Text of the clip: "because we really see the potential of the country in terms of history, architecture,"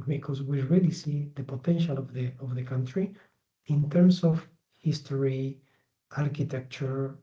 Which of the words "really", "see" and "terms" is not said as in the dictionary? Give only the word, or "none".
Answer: terms